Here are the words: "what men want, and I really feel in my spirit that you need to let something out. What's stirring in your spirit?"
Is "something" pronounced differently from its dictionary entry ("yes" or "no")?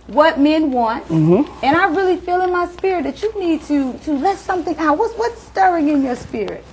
no